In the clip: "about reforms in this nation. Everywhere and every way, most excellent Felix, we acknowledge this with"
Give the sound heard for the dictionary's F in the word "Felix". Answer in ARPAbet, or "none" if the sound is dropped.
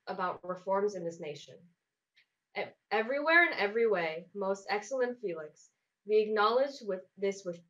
F